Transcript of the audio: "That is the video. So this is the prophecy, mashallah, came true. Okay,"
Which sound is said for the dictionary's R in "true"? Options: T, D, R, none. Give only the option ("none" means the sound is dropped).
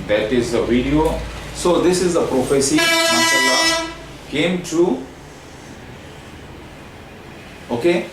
none